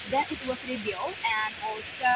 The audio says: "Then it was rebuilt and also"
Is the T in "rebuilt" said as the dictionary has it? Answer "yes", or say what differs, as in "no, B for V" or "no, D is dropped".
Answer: no, T is dropped